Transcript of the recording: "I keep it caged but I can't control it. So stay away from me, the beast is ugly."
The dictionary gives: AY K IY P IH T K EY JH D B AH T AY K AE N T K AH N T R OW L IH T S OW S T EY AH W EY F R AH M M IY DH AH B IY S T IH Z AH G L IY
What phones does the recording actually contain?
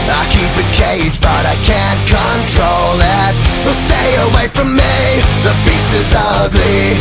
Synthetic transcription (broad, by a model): AY K IY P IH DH K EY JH B AH T AY K AE N K AH N T R OW L IH T S OW S T EY AH W EY F R AH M M IY DH AH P IY S IH Z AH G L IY